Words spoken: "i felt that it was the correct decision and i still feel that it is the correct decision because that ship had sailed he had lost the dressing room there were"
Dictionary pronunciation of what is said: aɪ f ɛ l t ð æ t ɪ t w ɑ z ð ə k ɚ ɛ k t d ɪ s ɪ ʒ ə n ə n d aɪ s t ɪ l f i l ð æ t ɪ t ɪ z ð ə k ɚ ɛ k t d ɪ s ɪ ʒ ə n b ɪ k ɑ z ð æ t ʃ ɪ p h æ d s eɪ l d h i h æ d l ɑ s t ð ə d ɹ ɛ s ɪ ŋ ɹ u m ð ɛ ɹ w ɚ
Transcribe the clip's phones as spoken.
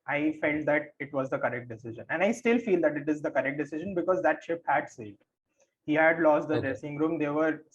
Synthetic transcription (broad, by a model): aɪ f ɛ l t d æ t ɪ t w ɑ z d ə k ɚ ɛ k t d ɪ s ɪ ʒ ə n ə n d aɪ s t ɪ l f i l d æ t ɪ t ɪ z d ə k ɚ ɛ k t d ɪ s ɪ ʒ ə n b ɪ k ɑ z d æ t ʃ ɪ p h æ d s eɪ d h i h æ d l ɑ s t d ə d ɹ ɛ s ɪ ŋ ɹ u m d ɛ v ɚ